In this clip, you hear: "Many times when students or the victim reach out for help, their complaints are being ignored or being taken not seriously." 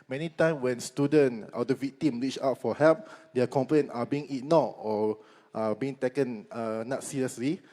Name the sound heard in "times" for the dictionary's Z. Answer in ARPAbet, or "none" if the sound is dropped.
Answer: none